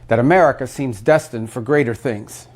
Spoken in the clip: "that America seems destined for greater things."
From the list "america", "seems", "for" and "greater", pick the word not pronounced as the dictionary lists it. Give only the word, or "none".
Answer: none